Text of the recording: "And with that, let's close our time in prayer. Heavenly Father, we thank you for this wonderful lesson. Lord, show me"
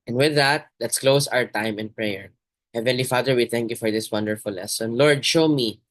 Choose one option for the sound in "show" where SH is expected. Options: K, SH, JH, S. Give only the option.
SH